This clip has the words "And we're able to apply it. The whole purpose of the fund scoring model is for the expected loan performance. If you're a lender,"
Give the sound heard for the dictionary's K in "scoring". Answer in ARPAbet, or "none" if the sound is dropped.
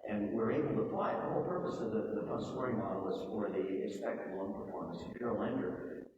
none